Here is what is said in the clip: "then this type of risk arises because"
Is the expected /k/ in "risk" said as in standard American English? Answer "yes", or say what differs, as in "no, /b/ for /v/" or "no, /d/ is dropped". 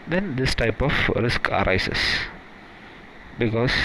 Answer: yes